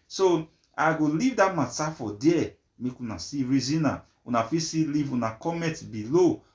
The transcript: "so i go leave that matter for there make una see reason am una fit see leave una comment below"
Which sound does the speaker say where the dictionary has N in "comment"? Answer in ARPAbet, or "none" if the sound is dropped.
none